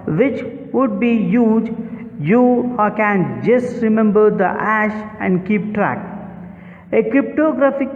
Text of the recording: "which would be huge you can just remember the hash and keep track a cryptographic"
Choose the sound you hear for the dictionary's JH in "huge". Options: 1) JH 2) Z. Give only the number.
1